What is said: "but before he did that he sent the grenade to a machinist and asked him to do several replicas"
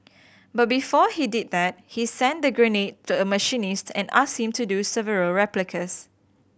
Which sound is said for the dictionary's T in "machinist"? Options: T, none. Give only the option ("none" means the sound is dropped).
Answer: T